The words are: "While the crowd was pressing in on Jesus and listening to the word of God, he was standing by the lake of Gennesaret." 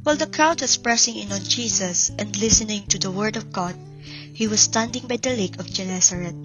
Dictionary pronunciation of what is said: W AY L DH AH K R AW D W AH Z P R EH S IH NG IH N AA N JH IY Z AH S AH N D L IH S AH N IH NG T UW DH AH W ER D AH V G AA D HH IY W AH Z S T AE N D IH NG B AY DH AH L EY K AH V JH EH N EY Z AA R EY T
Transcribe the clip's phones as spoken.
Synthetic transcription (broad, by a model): W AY L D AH K R AW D W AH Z P R EH S IH NG IH N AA L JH IY S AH S AH N D L IH S AH N IH NG T UW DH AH W ER D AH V G AA D HH IY W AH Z S T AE N D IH NG B AY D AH L EY K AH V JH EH N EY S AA R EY T